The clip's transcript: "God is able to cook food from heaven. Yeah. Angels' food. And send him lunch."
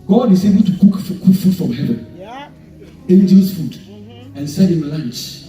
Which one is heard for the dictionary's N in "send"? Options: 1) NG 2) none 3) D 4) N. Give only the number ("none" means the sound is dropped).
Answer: 2